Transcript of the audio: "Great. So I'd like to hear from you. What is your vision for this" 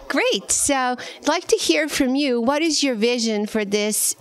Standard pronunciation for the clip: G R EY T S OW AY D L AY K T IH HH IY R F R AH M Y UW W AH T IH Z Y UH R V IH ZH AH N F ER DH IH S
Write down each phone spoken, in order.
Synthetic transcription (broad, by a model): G R EY T S OW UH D L AY K T IH HH IY R F R AH M Y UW W AH T IH Z Y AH R V IH ZH AH N F ER DH IH S